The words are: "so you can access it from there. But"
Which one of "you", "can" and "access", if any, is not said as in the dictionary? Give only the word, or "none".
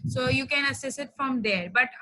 access